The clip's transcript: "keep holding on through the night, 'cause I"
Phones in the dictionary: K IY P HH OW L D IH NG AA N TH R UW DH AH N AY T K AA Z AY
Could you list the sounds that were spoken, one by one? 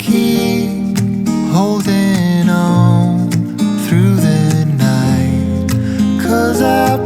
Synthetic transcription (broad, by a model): K IY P HH OW L D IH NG AA N TH R UW DH AH N AY T K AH Z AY